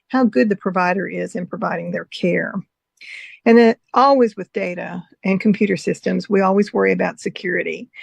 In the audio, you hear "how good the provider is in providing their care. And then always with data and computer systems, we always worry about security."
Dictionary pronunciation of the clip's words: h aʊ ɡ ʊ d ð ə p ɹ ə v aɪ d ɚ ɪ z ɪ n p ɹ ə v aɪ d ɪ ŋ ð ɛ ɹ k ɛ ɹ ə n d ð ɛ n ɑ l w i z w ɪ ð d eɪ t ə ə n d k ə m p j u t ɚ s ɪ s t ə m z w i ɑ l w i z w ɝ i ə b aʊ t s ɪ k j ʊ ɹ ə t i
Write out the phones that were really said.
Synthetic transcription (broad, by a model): h aʊ ɡ ʊ d ð ə p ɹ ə v aɪ d ɚ ɪ z ɪ n p ɹ ə v aɪ d ɪ ŋ ð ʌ ɹ k ɛ ɹ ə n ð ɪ ɑ l w i z w ɪ ð d eɪ t ə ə n k m p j u t ɚ s ɪ s t ə m z w i ɑ l w i z w ɝ i ə b aʊ t s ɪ k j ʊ ɹ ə t i